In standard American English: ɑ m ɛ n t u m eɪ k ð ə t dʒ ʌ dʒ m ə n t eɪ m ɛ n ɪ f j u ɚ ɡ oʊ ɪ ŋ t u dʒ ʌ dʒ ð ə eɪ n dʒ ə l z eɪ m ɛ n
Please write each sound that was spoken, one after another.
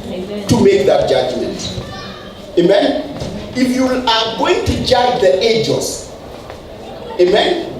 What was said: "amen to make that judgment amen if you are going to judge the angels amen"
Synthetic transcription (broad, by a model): t u m eɪ k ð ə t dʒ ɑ dʒ m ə n t eɪ m ɛ n ɪ f j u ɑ ɡ oʊ ɪ ŋ t u dʒ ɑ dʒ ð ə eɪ dʒ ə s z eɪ m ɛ n